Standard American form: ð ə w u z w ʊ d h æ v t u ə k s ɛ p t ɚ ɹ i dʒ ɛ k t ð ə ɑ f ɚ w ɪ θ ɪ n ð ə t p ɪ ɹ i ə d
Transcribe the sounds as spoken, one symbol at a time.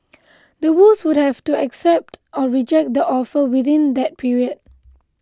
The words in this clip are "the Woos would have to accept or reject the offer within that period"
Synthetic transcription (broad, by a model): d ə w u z w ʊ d h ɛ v t u ə k s ɛ p t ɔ ɹ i dʒ ɛ k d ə ɑ f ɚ w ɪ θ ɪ n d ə t p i ɹ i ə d